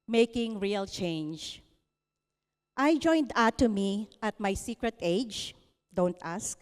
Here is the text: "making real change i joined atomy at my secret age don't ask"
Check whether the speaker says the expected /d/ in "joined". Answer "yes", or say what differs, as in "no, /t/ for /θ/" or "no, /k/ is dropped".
yes